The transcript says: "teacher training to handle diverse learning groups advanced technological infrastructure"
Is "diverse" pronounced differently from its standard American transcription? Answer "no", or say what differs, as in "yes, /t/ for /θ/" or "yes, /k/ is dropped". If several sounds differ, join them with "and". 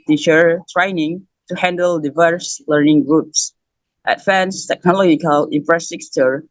no